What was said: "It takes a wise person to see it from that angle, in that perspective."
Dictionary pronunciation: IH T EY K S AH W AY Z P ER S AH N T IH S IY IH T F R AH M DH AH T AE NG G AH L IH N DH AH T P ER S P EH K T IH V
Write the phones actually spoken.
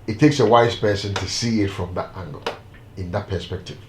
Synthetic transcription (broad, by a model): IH T EY K S AH W AY Z P ER S AH N T IH S IY IH T F R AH M DH AH T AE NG G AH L IH N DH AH T P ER S P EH K T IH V